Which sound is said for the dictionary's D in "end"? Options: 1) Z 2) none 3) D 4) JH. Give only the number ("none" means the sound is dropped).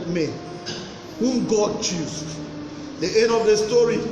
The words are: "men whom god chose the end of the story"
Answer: 2